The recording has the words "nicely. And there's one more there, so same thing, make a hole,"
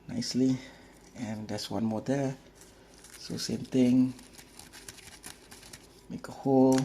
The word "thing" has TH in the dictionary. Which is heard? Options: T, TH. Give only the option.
T